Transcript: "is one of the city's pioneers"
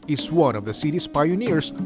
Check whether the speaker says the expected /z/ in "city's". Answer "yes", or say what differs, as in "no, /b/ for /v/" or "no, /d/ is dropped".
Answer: no, /s/ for /z/